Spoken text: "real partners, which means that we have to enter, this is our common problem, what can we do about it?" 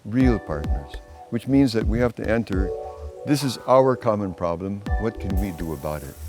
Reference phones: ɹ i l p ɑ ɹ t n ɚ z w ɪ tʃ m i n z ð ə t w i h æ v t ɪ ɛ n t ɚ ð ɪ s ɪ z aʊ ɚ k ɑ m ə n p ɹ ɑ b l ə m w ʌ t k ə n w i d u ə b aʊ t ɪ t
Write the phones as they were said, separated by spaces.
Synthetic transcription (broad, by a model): ɹ i l p ɑ ɹ t n ɚ z w ɪ tʃ m i n z ð ə t w i h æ f t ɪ ɛ n t ɚ ð ɪ s ɪ z aʊ ɚ k ɑ m ə n p ɹ ɑ b l ə m w ʌ t k ə n w i d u ə b aʊ t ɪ t